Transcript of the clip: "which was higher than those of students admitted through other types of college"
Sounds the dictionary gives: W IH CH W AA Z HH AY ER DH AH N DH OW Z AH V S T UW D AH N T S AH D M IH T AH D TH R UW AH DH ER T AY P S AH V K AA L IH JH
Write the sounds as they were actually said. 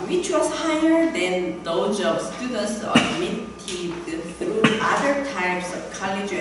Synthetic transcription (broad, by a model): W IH CH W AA S HH AY ER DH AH N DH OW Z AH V S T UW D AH N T S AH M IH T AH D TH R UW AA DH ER T AY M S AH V K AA L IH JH